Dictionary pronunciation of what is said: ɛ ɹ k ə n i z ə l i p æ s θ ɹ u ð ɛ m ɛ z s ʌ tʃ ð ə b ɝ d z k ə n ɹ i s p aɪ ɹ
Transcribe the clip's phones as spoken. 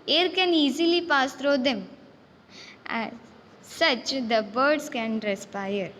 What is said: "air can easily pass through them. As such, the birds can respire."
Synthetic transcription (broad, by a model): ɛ ɹ k ə n i z ə l i p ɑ s t ɹ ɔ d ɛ m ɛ s ʌ tʃ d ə b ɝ d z k ə n ɹ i s p aɪ ɹ